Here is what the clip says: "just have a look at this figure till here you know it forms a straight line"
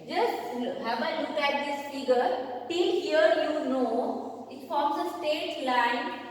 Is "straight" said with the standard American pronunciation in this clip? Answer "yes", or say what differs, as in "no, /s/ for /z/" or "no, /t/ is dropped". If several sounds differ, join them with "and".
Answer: no, /ɹ/ is dropped